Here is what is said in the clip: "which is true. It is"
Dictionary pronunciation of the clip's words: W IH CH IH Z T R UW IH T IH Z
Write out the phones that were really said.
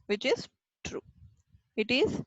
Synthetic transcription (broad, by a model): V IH CH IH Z T R UW IH T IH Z